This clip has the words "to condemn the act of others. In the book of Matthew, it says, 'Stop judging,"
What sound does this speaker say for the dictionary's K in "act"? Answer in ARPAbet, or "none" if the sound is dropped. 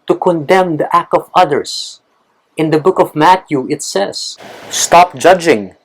K